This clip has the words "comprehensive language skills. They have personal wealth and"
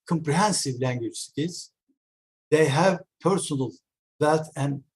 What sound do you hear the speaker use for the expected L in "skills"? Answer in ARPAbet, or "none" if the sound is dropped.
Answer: none